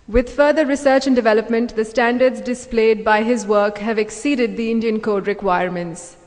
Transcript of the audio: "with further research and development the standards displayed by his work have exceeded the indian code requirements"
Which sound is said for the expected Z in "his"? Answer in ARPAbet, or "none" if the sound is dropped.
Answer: Z